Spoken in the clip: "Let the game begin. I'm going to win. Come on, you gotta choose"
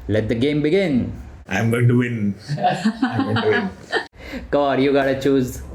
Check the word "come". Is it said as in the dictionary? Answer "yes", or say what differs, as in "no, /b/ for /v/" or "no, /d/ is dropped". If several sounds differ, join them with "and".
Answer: no, /m/ is dropped